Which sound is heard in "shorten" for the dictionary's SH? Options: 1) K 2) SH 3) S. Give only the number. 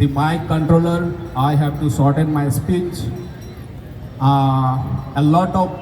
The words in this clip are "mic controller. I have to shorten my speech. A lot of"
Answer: 3